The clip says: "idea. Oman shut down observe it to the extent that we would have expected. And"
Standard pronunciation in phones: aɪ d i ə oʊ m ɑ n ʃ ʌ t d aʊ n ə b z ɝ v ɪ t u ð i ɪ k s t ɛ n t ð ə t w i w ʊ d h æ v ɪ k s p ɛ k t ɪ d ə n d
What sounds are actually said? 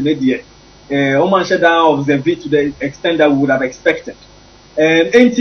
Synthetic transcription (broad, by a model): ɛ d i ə oʊ m ɑ n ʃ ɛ d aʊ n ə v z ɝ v ɪ t u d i ɪ k s t ɛ n t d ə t w i w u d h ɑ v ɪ k s p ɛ k t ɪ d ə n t